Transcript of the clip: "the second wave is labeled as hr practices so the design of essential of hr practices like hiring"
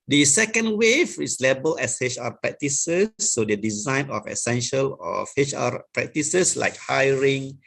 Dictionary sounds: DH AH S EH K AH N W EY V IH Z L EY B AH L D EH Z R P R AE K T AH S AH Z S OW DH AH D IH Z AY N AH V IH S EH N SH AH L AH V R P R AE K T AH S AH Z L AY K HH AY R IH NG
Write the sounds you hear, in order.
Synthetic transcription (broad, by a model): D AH S EH K AH N W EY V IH S L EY B AH L EH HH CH P R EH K T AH S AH S OW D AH D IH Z AY N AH F IH S EH N SH AH L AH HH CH P R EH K T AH S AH S L AY K HH AY R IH NG